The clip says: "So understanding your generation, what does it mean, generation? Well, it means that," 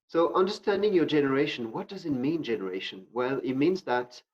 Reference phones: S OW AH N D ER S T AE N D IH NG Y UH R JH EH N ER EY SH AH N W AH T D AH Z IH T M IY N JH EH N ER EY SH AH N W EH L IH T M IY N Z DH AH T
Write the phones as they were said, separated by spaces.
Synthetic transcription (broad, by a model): S OW AH N D ER S T AE N D IH NG Y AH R JH EH N ER EY SH AH N W AH T D AH Z IH T M IY N JH EH N ER EY SH AH N W EH L IH T M IY N Z DH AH T